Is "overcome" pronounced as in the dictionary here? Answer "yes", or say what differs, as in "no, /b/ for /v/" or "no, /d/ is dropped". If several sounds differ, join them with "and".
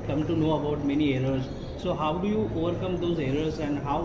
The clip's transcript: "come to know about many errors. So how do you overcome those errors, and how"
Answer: yes